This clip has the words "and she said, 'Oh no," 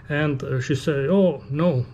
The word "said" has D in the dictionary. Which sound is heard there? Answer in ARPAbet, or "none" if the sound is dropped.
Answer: none